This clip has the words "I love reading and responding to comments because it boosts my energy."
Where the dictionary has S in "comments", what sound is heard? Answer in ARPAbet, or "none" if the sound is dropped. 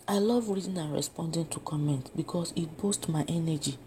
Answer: none